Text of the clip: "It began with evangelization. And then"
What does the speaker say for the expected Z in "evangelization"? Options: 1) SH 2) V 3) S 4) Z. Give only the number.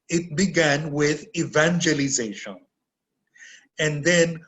4